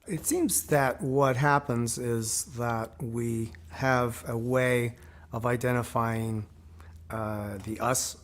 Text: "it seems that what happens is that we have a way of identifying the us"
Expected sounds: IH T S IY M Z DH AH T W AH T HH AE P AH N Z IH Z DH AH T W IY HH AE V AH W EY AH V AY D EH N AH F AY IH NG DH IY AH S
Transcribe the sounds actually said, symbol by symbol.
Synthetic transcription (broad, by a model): IH T S IY M Z DH AH T W AH T HH AE P AH N Z IH Z DH AH T W IY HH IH V AH W EY AH V AY D EH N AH F AY IH NG DH IY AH S